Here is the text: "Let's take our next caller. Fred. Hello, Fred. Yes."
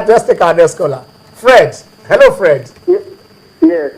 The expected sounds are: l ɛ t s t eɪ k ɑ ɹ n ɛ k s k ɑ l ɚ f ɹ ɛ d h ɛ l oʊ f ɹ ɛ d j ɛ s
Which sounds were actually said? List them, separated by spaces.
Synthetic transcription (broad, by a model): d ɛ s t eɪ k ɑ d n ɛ s k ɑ l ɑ f ɹ ɛ d h ɛ l oʊ f ɹ ɛ d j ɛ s